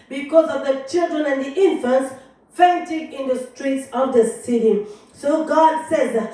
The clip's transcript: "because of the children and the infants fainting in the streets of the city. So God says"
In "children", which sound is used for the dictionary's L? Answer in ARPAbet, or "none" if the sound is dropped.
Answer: L